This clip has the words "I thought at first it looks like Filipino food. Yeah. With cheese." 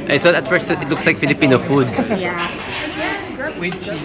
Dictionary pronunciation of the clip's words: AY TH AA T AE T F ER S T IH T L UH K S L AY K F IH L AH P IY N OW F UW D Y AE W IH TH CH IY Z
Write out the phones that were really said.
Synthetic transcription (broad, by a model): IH S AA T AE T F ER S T IH T L UH K S L AY K F IH L AH P IY N OW F UW D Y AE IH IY